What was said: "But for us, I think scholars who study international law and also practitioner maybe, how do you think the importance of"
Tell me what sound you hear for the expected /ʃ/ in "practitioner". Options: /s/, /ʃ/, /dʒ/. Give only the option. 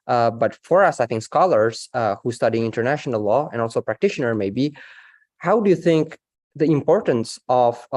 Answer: /ʃ/